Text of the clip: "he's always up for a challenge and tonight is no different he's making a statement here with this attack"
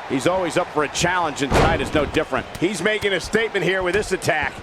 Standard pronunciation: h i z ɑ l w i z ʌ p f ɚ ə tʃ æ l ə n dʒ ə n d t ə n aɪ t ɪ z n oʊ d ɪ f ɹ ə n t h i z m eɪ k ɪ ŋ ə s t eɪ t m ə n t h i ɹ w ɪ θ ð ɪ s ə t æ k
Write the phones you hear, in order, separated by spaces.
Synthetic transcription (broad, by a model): h i z ɑ l w i z ʌ p f ɚ ə tʃ æ l ə n dʒ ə n t ə n aɪ t ɪ z n oʊ d ɪ f ɹ ə n t h i z m eɪ k ɪ ŋ ə s t eɪ t m ə n t h i ɹ w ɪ ð ɪ s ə t æ k